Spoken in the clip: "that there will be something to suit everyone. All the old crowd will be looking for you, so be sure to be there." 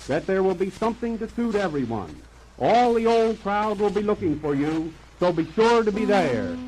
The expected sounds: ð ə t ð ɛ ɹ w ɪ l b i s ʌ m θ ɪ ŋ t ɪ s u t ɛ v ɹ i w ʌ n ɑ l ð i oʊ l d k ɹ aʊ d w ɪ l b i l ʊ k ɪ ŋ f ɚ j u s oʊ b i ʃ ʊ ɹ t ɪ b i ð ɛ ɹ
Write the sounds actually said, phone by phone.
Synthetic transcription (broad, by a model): ð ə t ð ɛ ɹ w ɪ l b i s ʌ m θ ɪ ŋ t ɪ s u t ɛ v ɹ i w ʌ n ɑ l ð i oʊ l d k ɹ aʊ d w ɪ l b i l ʊ k ɪ ŋ f ɚ j u s oʊ b i ʃ ʊ ɹ t ɪ b i ð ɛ ɹ